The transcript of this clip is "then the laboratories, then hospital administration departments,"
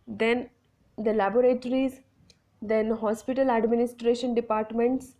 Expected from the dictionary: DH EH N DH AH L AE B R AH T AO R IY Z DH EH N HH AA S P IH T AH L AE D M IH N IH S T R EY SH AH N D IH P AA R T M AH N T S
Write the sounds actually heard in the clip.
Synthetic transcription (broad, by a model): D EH N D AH L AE B R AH T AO R IY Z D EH N HH AA S P IH T AH L AE D M IH N IH S T R EY SH AH N D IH P AA R T M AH N T S